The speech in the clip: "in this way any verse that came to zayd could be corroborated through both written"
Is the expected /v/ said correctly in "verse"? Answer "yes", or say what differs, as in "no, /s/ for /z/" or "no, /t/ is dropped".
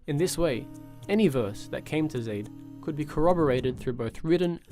yes